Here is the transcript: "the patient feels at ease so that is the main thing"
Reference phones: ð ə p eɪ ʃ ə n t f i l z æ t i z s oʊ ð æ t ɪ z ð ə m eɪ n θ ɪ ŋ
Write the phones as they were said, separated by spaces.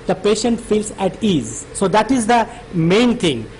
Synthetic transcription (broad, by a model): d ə p eɪ ʃ ə n t f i l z æ t i z s oʊ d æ t ɪ z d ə m eɪ n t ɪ ŋ